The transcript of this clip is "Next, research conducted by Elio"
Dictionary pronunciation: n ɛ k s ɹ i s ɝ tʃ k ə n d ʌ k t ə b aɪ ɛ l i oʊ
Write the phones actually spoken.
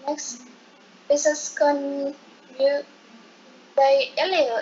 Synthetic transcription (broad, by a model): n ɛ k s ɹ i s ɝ s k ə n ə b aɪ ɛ l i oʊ